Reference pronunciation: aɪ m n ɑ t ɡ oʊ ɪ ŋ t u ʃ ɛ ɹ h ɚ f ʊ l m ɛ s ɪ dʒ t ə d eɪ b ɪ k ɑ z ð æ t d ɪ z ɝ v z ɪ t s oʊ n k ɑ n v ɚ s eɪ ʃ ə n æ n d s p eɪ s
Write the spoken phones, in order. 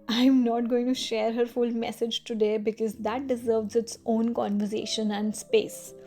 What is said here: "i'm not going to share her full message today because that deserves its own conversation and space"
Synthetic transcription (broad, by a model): aɪ m n ɑ t ɡ oʊ ɪ ŋ t u ʃ ɛ ɹ h ɚ f ʊ l m ɛ s ɪ dʒ t ə d eɪ b ɪ k ɑ z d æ t d ɪ z ɝ v z ɪ t s oʊ n k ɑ n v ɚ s eɪ ʃ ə n æ n d s p eɪ s